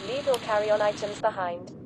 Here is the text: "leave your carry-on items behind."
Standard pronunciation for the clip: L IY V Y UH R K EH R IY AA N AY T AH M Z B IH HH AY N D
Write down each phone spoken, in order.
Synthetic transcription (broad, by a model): L IY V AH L K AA R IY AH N AY T AH M Z B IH HH AY N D